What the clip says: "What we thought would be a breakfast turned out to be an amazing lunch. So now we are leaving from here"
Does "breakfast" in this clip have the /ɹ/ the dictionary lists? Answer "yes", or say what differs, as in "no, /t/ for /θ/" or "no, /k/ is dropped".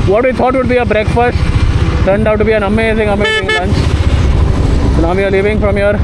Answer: yes